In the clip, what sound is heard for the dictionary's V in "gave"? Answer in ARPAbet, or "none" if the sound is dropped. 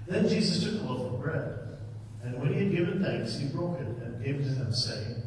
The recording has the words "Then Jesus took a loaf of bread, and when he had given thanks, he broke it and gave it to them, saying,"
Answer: V